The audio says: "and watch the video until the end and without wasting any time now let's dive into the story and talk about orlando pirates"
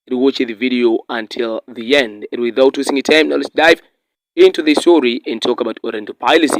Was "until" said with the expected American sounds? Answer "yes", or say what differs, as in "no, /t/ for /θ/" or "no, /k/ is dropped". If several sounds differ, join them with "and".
yes